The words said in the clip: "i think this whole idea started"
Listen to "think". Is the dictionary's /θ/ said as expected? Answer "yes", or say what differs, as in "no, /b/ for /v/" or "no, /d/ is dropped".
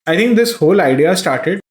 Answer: no, /t/ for /θ/